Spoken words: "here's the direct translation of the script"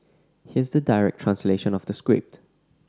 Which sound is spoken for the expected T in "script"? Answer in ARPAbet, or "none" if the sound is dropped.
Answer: T